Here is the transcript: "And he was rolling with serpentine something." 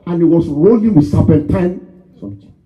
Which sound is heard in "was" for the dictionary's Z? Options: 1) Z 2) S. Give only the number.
2